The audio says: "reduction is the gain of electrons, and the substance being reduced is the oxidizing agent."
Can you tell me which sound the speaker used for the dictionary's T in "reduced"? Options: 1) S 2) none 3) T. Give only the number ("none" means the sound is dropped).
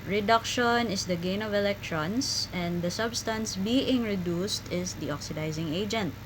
3